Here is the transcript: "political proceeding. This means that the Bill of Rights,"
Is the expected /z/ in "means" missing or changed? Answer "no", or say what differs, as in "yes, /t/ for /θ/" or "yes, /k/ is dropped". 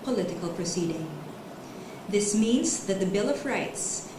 no